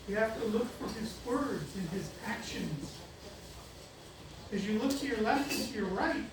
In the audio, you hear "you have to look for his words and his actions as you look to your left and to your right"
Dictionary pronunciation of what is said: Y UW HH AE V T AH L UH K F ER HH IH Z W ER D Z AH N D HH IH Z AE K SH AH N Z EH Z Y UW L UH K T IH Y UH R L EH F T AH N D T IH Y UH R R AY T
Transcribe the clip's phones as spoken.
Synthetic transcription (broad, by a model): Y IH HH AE F T AH L UH K F ER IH Z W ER D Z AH N IH Z AE K SH AH N Z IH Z Y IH L UH K T IH Y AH R L EH F T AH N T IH Y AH R R AY T